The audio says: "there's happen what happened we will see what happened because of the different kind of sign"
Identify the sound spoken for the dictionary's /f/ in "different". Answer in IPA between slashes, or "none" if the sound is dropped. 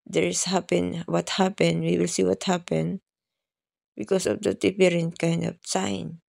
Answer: /p/